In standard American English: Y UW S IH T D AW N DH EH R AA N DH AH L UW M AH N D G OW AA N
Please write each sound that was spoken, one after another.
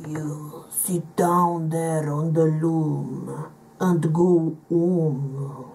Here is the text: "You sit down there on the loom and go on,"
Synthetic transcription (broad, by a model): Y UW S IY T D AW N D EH R AA N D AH L UW M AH N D G OW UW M